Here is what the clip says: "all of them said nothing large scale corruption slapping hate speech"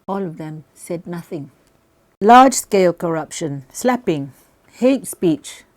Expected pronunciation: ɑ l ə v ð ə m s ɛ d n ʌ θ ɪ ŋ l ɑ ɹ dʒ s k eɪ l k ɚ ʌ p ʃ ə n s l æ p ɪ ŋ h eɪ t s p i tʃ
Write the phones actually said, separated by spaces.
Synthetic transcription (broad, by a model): ɑ l ə v ð ə m s ɛ d n ʌ θ ɪ ŋ l ɑ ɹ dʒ s k eɪ l k ɚ ʌ p ʃ ə n s l æ p ɪ ŋ h eɪ t s p i tʃ